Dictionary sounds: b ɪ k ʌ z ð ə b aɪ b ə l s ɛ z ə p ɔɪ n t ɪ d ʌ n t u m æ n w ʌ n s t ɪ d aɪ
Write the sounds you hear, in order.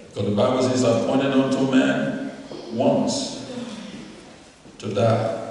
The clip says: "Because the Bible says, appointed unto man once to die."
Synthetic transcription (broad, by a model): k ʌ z ð ə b aɪ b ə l s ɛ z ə p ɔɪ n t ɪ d ʌ n t u m æ n w ʌ n s t ɪ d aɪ